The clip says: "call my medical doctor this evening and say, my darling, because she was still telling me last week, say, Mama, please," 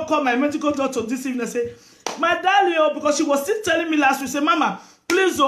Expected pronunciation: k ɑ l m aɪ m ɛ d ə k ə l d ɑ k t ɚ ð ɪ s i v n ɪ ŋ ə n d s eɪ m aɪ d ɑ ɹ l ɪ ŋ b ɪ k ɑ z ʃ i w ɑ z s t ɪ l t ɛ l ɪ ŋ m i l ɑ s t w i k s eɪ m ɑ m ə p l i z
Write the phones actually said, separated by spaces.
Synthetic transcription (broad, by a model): k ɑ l m aɪ m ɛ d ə k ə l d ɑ t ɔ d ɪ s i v ɪ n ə s eɪ m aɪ d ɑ l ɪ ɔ b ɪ k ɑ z ʃ i w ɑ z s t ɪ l t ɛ l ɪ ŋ m i l ɑ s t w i s eɪ m ɑ m ə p l i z